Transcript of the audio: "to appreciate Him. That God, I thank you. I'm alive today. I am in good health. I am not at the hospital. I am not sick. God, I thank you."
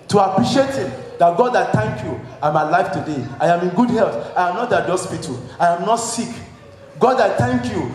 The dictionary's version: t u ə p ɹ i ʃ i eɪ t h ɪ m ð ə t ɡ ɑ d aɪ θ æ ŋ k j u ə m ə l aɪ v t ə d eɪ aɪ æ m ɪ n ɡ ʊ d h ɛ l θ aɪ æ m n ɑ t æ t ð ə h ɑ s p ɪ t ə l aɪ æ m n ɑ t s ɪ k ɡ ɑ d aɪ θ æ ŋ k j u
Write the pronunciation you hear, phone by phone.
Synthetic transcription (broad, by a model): t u ə p ɹ i ʃ i eɪ t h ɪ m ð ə t ɡ ɑ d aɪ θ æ ŋ k j u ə m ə l aɪ f t ə d eɪ aɪ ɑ m ɪ n ɡ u d h ɛ l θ aɪ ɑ m n ɑ t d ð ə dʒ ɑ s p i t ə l aɪ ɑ m n ɑ t s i k ɡ ɑ d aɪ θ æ ŋ k j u